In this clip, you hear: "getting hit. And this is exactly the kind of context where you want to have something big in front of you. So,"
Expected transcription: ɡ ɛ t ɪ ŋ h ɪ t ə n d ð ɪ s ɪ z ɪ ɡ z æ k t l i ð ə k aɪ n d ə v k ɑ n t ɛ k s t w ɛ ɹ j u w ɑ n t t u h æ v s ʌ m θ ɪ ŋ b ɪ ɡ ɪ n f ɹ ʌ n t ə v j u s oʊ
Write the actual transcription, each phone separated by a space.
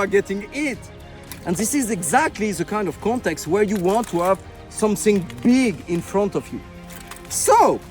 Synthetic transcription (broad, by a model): ɡ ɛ t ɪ ŋ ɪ t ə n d ð ɪ s ɪ z ɪ ɡ z æ k t l i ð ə k aɪ n d ə v k ɑ n t ɛ k s t w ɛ ɹ j u w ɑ n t t u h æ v s ʌ m θ ɪ ŋ b ɪ ɡ ɪ n f ɹ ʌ n t ə v j u s oʊ